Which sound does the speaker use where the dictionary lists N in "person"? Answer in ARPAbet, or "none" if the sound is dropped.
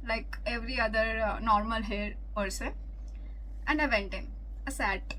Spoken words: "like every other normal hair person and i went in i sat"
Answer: none